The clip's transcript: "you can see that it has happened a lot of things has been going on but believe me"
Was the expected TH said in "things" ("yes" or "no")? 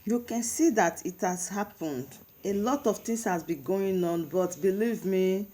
no